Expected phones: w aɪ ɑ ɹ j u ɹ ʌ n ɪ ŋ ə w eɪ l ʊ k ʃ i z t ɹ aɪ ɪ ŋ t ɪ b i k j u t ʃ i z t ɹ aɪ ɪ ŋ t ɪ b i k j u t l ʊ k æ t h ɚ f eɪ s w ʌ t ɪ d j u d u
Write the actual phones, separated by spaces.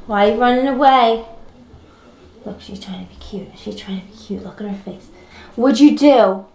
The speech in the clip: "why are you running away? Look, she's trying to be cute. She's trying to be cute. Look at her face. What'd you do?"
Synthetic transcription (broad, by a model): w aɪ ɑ l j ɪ ɹ ʌ n ɪ ŋ ə w eɪ l ʊ k ʃ i z t ɹ aɪ ɪ ŋ t ɪ b i k j u t ʃ i z t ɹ aɪ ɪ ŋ t ɪ b i k j u t l ʊ k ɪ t h ɚ f eɪ s w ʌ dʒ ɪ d d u